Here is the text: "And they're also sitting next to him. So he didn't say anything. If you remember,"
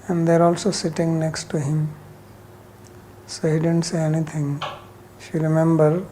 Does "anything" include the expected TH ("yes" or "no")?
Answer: no